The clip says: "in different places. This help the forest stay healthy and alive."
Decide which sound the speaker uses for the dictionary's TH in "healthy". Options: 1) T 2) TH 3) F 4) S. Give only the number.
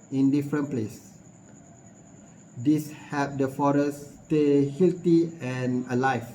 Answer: 1